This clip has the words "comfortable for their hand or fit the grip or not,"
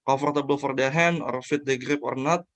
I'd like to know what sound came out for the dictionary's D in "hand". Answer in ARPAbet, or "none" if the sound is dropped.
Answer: none